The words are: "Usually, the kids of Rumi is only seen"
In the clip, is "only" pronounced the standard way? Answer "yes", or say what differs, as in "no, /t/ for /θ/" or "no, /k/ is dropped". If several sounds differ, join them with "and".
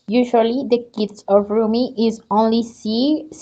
yes